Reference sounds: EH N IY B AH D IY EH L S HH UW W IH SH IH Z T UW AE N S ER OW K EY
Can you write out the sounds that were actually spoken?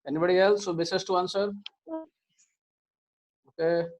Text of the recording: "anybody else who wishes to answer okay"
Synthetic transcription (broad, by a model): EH N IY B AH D IY EH L S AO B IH S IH S T UW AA N S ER OW K EY